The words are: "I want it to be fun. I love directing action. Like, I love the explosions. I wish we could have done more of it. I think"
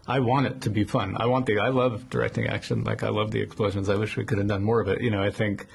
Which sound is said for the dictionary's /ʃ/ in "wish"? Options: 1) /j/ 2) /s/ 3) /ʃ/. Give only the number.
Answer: 3